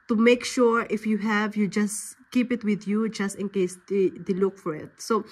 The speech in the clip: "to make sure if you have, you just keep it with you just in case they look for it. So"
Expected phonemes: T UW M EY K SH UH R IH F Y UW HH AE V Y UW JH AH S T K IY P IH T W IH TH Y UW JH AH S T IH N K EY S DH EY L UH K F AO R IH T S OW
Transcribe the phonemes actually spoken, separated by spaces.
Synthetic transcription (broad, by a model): T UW M EY K SH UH R IH F Y UW HH AE V Y UW JH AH S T K IY P IH T W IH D Y UW JH AH S T IH N K EY S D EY L UH K F AO R IH T S OW